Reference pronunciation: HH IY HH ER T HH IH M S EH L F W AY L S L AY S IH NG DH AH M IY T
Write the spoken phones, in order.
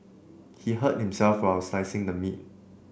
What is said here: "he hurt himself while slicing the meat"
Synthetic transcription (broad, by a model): HH IY HH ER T HH IH M S EH L F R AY W S AY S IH NG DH AH M IY T